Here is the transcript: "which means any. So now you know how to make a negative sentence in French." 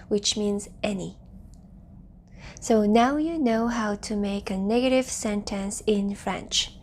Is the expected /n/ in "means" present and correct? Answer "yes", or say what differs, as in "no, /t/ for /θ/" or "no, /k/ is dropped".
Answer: yes